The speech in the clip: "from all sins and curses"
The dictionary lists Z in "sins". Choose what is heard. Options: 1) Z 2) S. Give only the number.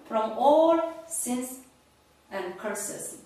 2